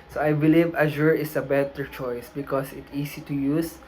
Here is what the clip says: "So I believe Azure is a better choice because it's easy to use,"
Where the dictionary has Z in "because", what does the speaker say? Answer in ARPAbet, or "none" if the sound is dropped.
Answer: S